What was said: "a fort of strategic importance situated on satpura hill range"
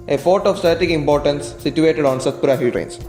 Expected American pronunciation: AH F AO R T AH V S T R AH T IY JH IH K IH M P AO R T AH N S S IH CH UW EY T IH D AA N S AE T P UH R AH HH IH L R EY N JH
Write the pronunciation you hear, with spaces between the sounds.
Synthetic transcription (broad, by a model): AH P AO R T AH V S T AH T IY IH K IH M P AO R T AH N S S IH CH UW EY T IH D AA N S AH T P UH R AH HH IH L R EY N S